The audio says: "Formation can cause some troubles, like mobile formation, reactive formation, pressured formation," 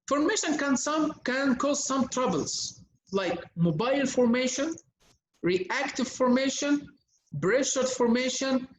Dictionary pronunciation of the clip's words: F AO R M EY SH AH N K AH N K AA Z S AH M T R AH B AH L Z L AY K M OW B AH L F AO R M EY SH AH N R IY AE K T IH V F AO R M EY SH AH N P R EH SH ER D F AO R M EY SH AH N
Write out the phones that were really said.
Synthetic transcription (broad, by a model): F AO R M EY SH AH N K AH N K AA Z S AH M T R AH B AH L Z L AY K M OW B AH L F AO R M EY SH AH N R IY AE K T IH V F AO R M EY SH AH N B R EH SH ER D F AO R M EY SH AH N